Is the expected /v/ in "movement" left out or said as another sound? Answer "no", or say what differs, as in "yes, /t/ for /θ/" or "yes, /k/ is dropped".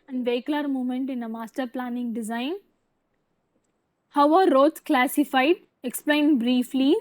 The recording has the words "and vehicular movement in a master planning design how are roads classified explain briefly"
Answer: yes, /v/ is dropped